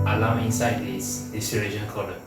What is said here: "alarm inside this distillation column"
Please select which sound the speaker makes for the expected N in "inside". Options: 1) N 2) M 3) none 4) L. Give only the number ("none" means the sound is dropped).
1